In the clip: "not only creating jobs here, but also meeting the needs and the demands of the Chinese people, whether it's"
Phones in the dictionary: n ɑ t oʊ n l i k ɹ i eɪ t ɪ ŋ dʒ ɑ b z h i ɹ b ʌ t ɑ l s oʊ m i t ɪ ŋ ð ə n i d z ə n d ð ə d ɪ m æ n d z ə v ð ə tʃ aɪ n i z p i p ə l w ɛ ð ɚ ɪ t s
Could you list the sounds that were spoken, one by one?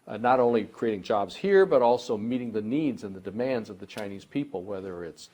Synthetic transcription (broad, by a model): n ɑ t oʊ n l i k ɹ i eɪ t ɪ ŋ dʒ ɑ b z h i ɹ b ʌ t ɑ l s oʊ m i t ɪ ŋ ð ə n i d z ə n ð ə d ɪ m æ n d z ə v ð ə tʃ aɪ n i z p i p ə l w ɛ ð ɚ ɪ t s